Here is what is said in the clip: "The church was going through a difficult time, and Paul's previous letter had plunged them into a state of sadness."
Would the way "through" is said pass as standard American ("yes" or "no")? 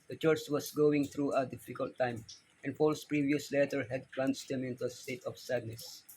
no